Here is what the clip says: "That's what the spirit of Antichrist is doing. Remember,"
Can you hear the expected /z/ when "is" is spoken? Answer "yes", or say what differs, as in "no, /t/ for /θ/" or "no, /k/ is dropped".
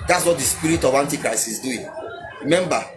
no, /s/ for /z/